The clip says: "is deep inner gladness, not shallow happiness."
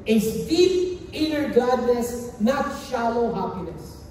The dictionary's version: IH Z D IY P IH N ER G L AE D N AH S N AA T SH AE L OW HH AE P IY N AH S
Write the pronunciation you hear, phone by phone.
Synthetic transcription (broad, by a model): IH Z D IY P IH N ER G AA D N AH S N AA T SH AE L OW HH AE P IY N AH S